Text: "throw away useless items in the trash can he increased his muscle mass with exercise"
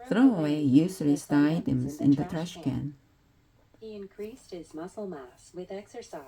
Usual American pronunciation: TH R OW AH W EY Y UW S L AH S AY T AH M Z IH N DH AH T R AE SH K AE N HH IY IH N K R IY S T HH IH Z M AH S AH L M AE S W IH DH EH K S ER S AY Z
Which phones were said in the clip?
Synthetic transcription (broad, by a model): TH R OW AH W EY Y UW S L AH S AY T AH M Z IH N DH AH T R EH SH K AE N HH IY IH N K R IY S T HH IH Z M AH S L M AE S W IH DH EH K S ER S AY